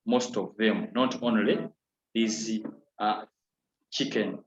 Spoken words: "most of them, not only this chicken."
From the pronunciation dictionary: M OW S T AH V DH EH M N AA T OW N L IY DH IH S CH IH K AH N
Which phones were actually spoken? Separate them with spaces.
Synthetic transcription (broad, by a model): M OW S T AH V DH EH M N AA T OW N L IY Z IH CH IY K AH N